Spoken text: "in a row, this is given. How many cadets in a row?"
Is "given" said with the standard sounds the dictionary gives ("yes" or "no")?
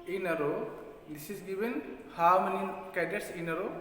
no